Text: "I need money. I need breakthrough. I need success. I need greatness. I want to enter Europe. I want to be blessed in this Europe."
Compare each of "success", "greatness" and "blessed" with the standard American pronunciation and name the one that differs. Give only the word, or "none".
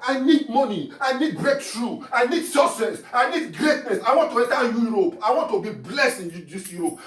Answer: success